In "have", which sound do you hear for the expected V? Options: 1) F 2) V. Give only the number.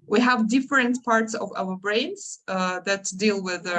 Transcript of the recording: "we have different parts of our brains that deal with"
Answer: 2